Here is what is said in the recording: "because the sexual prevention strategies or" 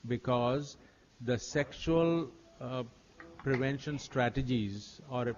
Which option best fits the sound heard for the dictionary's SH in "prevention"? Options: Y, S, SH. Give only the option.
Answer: SH